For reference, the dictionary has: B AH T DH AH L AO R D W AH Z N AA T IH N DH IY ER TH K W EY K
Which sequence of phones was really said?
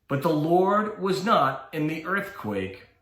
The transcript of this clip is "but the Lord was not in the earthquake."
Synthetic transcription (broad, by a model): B AH T DH AH L AO R D W AH Z N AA T IH N DH IY ER TH K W EY K